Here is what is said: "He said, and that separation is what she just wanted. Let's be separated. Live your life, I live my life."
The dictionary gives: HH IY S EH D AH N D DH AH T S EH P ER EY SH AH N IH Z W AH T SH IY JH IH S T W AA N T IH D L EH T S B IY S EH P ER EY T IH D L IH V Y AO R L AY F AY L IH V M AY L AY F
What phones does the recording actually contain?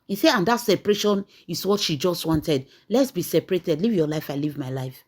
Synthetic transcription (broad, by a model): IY S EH AH N D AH T S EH P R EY SH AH N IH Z W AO T SH IY JH IH S T W AA N T IH D L EH T S B IY S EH P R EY T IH D L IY V Y AO L AY F AY L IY V M AY L AY F